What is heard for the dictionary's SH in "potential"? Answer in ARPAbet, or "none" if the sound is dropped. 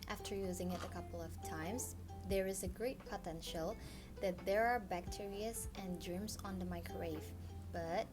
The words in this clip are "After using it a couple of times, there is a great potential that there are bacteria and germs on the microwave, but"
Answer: SH